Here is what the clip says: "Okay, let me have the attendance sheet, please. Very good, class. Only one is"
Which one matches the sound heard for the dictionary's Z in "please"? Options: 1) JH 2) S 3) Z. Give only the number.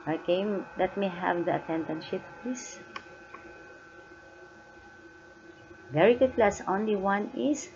2